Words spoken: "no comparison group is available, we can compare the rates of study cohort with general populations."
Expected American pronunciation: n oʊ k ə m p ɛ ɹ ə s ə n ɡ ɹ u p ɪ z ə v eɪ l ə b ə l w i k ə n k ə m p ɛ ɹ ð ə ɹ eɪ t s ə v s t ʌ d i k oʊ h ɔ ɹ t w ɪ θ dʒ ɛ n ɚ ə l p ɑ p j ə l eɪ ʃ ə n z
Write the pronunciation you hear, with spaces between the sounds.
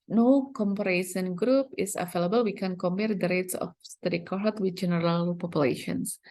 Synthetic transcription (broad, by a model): n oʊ k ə m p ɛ ɹ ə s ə n ɡ ɹ u p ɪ s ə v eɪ l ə b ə l w i k ə n k ə m p ɛ ɹ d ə ɹ eɪ t s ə f s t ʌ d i k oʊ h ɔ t w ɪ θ dʒ ɛ n ɚ ə l p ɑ p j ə l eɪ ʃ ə n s